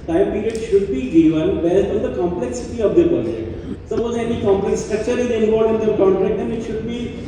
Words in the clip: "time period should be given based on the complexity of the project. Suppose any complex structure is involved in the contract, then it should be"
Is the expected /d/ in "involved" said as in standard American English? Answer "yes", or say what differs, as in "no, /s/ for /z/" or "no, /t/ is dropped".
no, /d/ is dropped